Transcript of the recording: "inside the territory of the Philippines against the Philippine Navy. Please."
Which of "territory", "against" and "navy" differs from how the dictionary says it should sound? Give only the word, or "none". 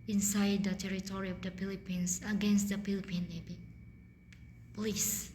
navy